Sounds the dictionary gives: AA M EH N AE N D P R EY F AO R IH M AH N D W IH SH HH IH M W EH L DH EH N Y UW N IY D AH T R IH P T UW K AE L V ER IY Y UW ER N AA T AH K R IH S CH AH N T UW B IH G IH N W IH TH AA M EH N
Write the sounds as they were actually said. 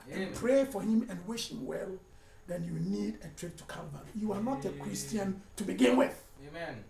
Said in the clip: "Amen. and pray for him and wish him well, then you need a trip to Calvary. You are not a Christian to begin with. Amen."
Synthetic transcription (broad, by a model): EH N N P R EY F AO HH IH M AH N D W IH SH HH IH M W EH L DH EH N Y UW N IY D AH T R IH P T UW K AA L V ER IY Y UW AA N AA T AH K R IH S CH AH N T UW B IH G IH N W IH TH